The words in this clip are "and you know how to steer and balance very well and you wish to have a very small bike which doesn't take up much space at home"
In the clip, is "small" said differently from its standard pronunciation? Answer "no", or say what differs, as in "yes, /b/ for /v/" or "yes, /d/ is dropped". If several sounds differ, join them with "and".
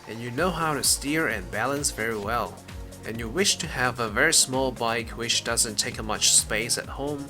no